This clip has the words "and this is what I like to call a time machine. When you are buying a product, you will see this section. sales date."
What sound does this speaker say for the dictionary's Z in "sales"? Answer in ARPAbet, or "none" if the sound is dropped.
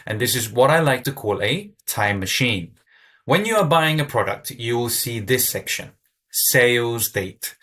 Z